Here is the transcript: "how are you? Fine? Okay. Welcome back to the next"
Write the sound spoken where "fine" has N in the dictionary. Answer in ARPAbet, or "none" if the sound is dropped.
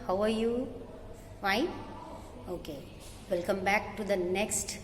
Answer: none